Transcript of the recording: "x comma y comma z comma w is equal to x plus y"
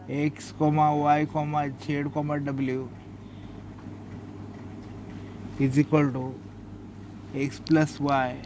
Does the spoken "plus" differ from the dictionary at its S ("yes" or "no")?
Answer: no